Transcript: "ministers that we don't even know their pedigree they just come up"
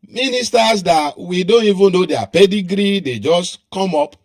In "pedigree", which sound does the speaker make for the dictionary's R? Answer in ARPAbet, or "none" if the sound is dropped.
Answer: R